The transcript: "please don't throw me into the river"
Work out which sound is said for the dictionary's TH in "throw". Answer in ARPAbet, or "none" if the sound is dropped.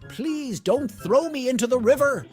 TH